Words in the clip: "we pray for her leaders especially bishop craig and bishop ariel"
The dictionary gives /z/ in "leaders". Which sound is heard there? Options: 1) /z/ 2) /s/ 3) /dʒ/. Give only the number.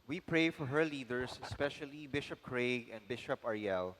2